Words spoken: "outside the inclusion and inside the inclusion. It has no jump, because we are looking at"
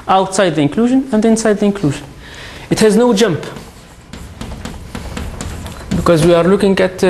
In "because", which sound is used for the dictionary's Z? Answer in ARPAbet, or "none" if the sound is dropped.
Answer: Z